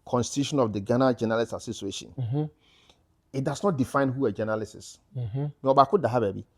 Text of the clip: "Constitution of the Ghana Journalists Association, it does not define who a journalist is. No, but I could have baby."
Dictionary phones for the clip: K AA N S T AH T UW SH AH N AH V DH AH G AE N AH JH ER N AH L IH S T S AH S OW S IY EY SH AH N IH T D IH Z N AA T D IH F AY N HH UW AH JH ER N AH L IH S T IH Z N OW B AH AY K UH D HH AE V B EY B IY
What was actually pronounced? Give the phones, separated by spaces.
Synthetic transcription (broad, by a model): K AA N S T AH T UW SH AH N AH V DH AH G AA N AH JH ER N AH L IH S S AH S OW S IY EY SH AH N IH T D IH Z N AA T D IH F AY N HH UW AH JH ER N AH L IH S IH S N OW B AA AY K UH D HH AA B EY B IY